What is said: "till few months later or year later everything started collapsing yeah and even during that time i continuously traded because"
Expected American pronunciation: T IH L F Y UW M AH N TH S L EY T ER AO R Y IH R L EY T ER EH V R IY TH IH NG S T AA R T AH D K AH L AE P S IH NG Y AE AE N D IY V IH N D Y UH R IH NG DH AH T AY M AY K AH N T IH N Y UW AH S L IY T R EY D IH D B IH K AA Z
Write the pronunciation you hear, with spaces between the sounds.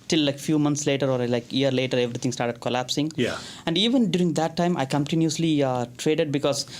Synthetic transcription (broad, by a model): T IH L F Y UW M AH N T S L EY T ER AO R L IH R L EY T ER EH V R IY T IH NG S T AA R T AH D K AH L AE P S IH NG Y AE AE N D IY V IH N D Y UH R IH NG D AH T AY M AY K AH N T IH N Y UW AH S L IY T R EY D IH D B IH K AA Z